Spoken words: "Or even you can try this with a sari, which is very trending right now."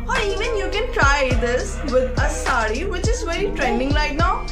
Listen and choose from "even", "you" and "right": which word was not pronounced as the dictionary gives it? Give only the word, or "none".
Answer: right